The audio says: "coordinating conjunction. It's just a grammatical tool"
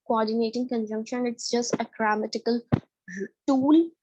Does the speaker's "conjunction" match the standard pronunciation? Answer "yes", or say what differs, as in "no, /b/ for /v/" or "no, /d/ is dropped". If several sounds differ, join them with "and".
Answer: yes